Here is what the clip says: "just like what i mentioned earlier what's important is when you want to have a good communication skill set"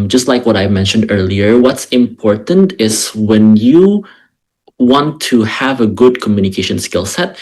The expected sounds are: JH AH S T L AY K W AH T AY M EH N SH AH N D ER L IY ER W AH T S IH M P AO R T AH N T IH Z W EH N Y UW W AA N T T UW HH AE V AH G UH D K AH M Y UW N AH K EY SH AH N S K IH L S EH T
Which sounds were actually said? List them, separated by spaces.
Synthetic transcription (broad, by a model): JH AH S T L AY K W AH T AY M EH N SH AH N D ER L IY ER W AH T S IH M P AO R T AH N T IH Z W EH N Y UW W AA N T T UW HH AE V AH G UH D K AH M Y UW N AH K EY SH AH N S K IH L S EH T